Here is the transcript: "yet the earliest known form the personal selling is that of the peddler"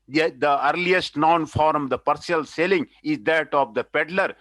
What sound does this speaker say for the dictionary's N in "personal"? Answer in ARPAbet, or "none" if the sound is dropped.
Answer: none